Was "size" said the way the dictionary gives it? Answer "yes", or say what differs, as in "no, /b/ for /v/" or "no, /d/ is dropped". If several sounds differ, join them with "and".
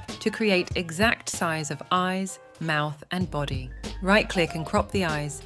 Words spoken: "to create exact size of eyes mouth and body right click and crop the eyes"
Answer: yes